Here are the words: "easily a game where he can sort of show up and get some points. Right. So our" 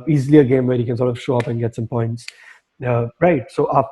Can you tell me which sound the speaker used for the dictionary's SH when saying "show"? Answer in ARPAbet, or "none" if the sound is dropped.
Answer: SH